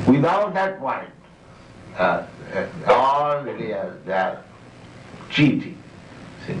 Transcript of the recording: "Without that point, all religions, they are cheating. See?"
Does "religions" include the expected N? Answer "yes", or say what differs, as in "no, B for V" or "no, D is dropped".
no, N is dropped